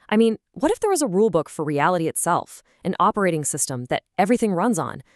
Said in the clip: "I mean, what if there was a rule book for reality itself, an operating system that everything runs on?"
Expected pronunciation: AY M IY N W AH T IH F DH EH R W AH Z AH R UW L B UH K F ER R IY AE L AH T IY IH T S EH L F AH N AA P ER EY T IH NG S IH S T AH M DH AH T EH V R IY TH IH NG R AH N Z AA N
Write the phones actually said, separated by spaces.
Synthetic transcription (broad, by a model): AY M IY N W AH T IH F DH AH R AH Z AH R UW L B UH K F ER R IY AE L AH T IY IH T S EH L F AH N AA P ER EY T IH NG S IH S T AH M DH AH T EH V R IY TH IH NG R AH N Z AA N